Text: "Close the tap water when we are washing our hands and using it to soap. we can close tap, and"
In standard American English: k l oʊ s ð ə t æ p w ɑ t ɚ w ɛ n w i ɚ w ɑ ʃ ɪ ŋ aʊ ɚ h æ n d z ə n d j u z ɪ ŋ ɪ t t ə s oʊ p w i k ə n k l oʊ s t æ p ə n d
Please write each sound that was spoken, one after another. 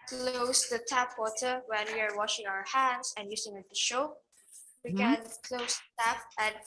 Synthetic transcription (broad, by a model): k l oʊ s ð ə t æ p w ɑ t ɚ w ɛ n w i ɚ w ɑ ʃ ɪ ŋ aʊ ɚ h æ n d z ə n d j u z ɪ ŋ ɪ t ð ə ʃ oʊ w i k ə n k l oʊ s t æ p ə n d